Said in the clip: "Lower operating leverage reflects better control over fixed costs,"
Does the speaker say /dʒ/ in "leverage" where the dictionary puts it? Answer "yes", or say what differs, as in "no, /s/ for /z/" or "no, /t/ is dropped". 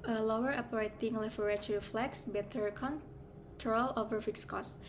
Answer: no, /tʃ/ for /dʒ/